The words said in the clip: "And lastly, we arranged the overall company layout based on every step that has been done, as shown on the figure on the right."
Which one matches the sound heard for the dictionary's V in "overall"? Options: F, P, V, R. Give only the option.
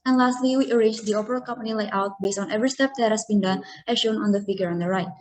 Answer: P